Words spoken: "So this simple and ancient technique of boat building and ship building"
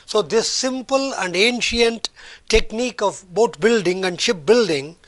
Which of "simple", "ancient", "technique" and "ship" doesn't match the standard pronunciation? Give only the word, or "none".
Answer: none